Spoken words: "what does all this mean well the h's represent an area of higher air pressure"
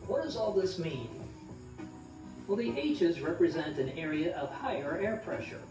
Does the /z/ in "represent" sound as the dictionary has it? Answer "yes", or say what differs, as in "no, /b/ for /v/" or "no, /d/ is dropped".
yes